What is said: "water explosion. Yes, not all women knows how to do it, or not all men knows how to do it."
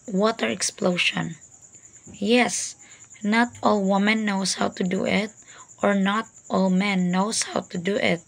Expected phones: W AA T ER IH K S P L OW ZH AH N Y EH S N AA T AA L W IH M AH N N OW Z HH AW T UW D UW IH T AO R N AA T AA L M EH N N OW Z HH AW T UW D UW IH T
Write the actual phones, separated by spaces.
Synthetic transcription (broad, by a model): W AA T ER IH K S P L OW SH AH N Y EH S N AA T AA L W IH M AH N N OW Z HH AW T UW D UW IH T AO R N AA T AA L M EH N N OW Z HH AW T UW D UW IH T